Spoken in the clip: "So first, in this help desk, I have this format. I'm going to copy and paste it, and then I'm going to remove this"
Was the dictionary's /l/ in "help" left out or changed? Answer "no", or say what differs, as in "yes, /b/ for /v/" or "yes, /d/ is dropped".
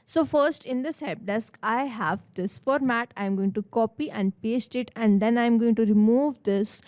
yes, /l/ is dropped